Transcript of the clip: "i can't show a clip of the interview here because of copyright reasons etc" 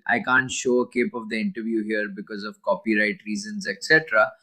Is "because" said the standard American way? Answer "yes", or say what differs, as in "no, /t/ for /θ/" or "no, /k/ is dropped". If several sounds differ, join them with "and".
yes